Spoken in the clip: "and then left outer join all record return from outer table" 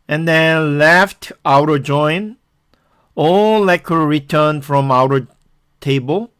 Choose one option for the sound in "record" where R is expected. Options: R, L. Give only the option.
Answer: L